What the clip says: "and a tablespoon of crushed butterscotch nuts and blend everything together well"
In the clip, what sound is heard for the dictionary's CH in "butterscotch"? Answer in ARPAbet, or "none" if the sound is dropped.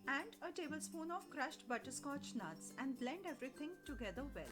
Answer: CH